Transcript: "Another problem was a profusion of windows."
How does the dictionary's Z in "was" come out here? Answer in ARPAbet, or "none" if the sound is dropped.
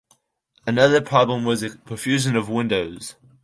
Z